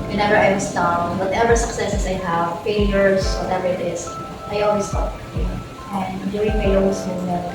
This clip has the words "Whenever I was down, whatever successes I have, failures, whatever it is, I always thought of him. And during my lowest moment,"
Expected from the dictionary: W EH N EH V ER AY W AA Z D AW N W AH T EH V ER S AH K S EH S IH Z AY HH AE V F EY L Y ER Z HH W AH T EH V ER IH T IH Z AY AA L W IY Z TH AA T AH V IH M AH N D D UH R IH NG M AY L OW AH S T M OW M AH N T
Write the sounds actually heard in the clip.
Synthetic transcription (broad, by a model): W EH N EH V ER AY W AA S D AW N W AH T EH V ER S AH K S EH S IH S AY HH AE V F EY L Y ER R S W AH T EH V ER IH T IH S AY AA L W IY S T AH P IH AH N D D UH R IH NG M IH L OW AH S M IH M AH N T